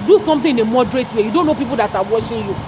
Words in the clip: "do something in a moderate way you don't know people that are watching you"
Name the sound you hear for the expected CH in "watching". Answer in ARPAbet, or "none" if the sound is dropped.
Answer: SH